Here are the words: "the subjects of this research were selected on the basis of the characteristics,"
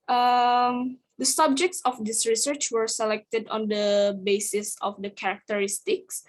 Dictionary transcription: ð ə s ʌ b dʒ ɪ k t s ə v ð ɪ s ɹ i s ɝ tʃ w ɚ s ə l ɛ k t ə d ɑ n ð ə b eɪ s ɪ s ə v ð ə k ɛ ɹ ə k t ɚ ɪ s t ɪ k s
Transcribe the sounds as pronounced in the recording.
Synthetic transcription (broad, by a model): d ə s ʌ b dʒ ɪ k t s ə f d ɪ s ɹ i s ɝ tʃ w ɚ s ə l ɛ k t ə d ɑ n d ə b eɪ s ɪ s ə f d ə k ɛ ɹ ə k t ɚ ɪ s t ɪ k s